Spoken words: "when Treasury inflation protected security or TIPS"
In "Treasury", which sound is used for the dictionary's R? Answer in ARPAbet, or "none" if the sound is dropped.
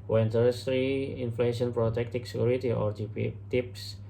none